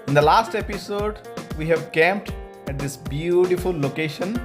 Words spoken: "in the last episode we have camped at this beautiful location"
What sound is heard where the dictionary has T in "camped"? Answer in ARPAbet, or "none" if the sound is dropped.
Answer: T